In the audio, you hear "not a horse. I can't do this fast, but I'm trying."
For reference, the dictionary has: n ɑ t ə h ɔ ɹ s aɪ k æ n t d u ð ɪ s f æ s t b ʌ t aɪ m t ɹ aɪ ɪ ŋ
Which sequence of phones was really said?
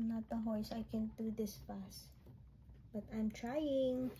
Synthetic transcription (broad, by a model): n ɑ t ə h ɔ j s aɪ k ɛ n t d u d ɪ s p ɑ s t b ʌ t aɪ m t ɹ aɪ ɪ ŋ